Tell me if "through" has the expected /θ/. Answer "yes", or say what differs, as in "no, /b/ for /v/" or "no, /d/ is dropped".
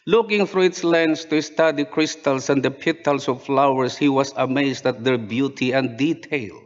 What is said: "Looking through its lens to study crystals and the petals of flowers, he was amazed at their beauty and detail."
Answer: no, /f/ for /θ/